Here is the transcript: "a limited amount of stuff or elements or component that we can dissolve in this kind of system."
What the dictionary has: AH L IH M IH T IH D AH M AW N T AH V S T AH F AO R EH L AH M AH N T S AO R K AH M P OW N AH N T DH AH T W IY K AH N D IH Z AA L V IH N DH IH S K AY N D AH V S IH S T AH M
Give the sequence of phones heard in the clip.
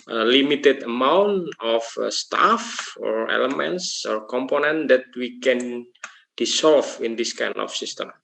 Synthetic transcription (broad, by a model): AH L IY M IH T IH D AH M AW N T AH F S T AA F AO R EH L AH M AH N T S AO R K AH M P OW N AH N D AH T W IY K AH N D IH S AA L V IH N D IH S K AY N AH F S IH S T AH M